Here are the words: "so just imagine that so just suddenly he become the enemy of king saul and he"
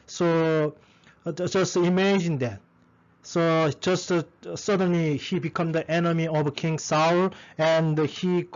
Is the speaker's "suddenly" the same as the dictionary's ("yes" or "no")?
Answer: yes